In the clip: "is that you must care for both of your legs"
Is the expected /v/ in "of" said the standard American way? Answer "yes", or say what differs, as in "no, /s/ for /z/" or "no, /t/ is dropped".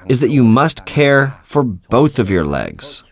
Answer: yes